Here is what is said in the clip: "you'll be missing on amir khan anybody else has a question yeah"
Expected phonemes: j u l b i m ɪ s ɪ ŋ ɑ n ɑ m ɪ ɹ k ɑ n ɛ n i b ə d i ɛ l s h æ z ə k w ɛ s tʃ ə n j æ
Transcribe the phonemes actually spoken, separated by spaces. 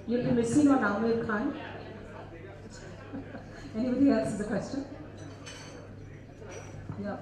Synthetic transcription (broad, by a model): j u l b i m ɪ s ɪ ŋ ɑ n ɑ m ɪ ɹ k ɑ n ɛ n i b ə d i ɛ s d ə k w ɛ s tʃ ə n j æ